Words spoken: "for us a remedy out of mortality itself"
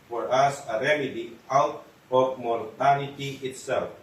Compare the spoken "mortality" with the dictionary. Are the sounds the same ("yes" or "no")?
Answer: no